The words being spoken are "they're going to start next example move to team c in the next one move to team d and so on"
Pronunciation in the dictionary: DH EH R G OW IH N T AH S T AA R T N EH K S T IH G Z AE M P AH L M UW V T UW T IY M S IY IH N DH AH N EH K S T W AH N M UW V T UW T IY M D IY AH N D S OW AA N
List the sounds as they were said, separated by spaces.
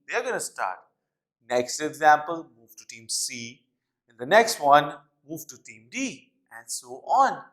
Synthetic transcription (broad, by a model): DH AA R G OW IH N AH S T AA R T N EH K S T IH G Z AE M P AH L M UW V T UW T IY M S IY IH N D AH N EH K S T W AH N M UW V T UW T IY M D IY AH N D S OW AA N